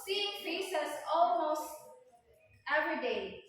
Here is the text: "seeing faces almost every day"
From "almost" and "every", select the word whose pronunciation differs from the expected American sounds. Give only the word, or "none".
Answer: none